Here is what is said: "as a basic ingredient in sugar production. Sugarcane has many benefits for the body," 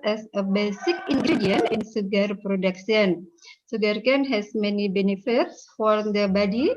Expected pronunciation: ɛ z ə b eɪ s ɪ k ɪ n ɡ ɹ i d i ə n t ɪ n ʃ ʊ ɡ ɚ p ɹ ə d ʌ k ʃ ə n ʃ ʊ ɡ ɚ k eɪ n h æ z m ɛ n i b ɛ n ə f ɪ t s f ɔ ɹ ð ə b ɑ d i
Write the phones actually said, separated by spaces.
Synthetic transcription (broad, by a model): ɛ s ə b eɪ s ɪ k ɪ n ɡ ɹ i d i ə n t ɪ n s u ɡ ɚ p ɹ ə d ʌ k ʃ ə n s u ɡ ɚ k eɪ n h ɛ s m ɛ n i b ɛ n ə f ɪ t s f ɔ ɹ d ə b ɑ d i